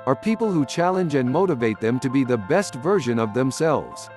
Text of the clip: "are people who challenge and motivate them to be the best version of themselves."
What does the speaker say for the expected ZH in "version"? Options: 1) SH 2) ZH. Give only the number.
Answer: 2